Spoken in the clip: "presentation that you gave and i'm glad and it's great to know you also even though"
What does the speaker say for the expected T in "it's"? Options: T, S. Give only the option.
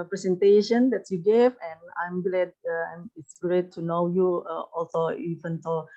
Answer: T